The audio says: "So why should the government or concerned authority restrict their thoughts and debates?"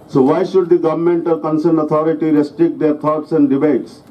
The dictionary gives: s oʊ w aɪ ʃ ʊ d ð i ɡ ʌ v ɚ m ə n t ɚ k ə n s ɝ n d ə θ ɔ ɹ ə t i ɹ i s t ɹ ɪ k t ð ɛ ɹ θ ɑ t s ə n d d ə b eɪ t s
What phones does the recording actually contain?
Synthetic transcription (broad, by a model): s oʊ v aɪ ʃ ʊ d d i ɡ ʌ v ɚ m ə n t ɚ k ə n s ɝ n d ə t ɔ ɹ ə t i ɹ i s t ɹ ɪ k t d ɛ ɹ t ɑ t s ə n d d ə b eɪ t s